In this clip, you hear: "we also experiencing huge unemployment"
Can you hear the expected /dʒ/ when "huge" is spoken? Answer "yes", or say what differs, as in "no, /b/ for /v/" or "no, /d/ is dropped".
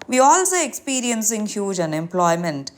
yes